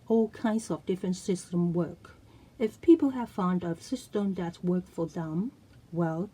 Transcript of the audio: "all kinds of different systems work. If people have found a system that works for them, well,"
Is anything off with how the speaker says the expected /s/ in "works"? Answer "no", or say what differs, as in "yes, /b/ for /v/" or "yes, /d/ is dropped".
yes, /s/ is dropped